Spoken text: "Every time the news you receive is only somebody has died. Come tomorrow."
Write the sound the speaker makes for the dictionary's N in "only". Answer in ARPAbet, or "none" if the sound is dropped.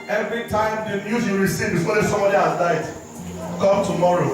none